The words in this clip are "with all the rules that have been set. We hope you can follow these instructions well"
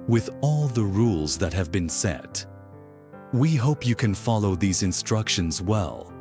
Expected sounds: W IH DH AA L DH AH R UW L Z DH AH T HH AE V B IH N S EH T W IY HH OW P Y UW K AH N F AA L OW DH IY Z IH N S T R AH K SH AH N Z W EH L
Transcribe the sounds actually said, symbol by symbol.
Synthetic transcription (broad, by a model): W IH DH AA L DH AH R UW L Z DH AH T HH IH V B IH N S EH T W IY HH OW P Y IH K AH N F AA L OW DH IY Z IH N S T R AH K SH AH N Z W EH L